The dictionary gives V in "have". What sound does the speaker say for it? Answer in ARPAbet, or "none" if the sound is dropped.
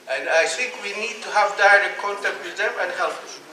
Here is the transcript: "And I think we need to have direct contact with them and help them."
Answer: V